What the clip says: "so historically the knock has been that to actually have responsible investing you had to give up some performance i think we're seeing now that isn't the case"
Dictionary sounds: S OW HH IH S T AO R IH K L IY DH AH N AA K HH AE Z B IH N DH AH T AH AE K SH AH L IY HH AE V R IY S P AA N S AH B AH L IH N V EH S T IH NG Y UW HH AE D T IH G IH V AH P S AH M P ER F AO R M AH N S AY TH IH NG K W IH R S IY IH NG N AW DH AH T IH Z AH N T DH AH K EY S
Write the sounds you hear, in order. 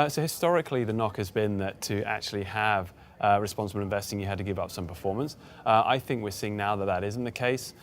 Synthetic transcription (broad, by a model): S OW HH IH S T AO R IH K L IY DH AH N AA K HH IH Z B IH N DH AH T AH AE K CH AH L IY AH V R IY S P AA N S AH B AH L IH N V EH S T IH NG Y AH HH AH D T IH G IH V AH P S AH M P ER F AO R M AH N S AY TH IH NG K W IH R S IY IH NG N AW DH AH T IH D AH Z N DH AH K EY S